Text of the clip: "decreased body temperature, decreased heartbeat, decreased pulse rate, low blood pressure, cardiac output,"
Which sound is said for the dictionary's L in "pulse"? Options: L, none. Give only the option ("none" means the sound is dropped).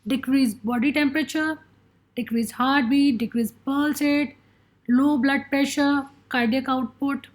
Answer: L